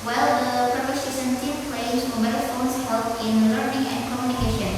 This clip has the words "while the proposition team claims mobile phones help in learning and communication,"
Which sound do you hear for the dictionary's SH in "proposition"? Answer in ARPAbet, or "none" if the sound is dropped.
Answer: S